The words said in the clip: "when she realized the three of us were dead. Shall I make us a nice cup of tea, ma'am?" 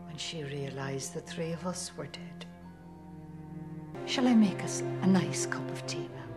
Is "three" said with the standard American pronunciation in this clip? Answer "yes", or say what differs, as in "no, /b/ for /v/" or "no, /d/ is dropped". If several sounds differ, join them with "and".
yes